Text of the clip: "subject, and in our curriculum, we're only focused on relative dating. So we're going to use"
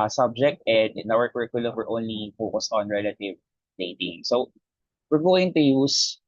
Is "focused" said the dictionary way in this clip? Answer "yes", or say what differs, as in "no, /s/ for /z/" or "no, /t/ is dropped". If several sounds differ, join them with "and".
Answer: yes